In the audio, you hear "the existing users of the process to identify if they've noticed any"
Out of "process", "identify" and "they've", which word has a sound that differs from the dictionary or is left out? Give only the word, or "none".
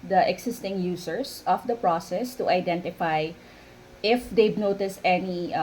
they've